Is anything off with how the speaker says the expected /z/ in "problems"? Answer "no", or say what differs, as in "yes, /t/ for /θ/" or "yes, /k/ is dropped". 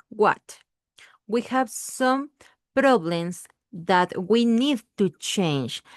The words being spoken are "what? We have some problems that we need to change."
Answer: yes, /s/ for /z/